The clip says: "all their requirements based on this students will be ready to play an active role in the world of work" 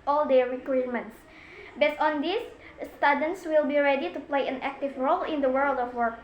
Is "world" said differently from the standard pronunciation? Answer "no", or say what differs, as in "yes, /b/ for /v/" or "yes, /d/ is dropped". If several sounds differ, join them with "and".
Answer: no